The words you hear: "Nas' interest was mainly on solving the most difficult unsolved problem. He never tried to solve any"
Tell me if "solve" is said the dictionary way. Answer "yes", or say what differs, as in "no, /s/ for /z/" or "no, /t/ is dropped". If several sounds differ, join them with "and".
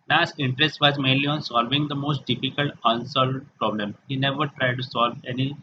yes